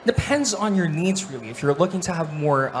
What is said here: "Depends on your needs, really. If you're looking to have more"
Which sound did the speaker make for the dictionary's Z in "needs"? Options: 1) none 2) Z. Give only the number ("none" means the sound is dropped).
2